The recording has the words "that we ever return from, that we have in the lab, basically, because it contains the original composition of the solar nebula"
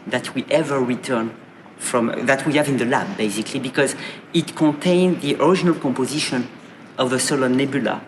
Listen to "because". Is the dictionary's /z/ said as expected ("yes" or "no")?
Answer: yes